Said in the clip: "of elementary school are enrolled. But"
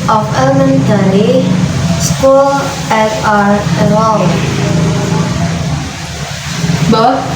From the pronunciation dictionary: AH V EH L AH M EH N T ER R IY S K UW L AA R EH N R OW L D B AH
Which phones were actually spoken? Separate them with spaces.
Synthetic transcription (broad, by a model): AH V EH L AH M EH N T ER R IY S K UW L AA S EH R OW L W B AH